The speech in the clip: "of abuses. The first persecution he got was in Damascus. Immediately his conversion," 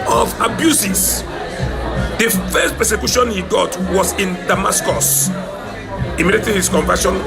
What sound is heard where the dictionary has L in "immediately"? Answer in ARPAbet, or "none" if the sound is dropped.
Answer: none